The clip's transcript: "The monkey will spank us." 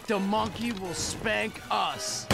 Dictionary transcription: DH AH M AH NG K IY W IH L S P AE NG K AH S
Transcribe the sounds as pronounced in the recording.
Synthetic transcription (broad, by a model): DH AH M AH NG K IY W IH L S P AE NG K AH S